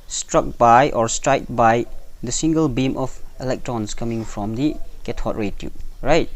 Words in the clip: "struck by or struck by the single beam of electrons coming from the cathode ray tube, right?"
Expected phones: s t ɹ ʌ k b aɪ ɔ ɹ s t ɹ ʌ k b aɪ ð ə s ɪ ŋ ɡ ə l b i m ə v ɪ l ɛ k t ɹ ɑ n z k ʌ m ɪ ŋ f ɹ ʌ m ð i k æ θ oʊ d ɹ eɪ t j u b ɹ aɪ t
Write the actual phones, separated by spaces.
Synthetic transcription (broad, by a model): s t ɹ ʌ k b aɪ ɔ ɹ s t ɹ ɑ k b aɪ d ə s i ŋ ɡ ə l b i m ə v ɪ l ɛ k t ɹ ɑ n s k ʌ m ɪ ŋ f ɹ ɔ m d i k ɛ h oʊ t ɹ eɪ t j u ɹ aɪ t